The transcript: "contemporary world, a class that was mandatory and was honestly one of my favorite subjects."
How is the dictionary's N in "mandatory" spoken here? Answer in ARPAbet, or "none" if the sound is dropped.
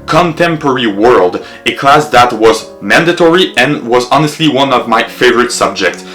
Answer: N